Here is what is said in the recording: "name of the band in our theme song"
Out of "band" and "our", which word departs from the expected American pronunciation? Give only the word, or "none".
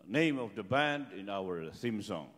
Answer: none